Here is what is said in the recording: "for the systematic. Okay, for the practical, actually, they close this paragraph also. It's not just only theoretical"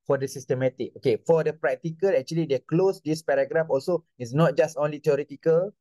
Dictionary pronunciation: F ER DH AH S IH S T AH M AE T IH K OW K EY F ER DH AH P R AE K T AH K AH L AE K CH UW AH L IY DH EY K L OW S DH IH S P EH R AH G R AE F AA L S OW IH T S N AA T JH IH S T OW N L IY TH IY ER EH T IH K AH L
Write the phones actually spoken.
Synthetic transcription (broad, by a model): F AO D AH S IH S T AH M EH T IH K OW K EY F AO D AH P R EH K T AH K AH L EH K CH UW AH L IY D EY K L OW S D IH S P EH R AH G R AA F AA L S OW IH T S N AA T JH IH S T OW N L IY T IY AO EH T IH K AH L